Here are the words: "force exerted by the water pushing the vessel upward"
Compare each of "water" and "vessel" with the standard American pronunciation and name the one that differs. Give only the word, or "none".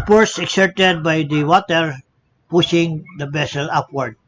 vessel